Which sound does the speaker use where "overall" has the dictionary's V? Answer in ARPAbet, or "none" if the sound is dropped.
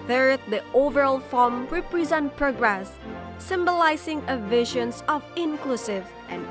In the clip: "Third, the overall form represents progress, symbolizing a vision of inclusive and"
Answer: V